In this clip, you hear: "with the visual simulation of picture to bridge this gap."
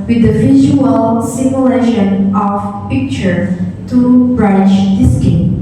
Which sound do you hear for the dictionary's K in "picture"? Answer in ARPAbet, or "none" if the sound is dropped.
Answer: K